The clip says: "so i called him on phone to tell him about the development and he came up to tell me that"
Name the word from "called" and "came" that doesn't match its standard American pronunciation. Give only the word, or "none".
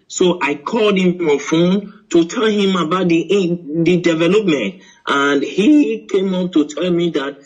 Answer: none